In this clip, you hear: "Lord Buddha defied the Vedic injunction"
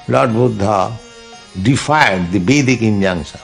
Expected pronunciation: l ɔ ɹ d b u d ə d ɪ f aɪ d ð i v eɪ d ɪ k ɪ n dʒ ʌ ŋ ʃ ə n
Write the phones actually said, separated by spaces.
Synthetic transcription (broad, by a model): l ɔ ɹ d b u d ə d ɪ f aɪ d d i b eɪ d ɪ k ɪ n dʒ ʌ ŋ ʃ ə